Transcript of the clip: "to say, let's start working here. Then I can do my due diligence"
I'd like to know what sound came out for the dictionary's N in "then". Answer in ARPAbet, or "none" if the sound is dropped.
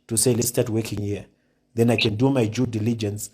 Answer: N